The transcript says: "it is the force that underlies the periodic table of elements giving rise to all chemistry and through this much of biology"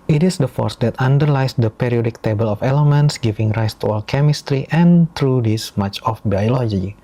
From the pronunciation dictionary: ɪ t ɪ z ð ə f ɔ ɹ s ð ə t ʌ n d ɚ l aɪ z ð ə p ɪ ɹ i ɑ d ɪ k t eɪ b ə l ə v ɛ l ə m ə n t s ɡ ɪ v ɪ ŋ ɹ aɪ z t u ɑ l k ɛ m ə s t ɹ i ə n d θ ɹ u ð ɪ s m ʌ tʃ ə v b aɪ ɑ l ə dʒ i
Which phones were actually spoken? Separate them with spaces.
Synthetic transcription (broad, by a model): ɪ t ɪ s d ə f ɔ ɹ s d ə t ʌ n d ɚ l aɪ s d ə p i ɹ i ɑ d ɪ k t eɪ b ə l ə f ɛ l ə m ə n t s ɡ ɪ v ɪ ŋ ɹ aɪ s t u ɑ l k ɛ m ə s t ɹ i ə n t ɹ u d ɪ s m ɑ tʃ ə f b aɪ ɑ l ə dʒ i